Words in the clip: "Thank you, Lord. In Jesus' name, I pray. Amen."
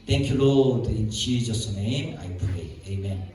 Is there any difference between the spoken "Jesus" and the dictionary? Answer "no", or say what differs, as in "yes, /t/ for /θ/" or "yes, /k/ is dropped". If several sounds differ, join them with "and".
yes, /tʃ/ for /dʒ/